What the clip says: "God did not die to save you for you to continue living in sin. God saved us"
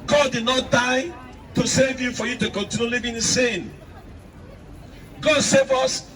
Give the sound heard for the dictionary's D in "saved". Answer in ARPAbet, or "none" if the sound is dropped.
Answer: none